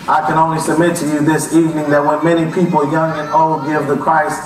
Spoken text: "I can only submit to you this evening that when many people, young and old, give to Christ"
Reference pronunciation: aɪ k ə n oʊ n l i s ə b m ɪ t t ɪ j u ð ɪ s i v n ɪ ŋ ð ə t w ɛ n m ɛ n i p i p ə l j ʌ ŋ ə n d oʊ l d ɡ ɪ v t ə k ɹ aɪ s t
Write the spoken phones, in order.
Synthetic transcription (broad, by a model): aɪ k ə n oʊ n l i s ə b m ɪ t t ɪ j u ð ɪ s i v n ɪ ŋ ð ə t w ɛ n m ɛ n i p i p l j ʌ ŋ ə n oʊ l d ɡ ɪ v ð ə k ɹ aɪ s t